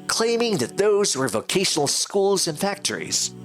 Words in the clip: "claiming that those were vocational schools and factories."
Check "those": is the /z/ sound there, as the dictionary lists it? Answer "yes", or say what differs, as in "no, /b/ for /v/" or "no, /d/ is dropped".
yes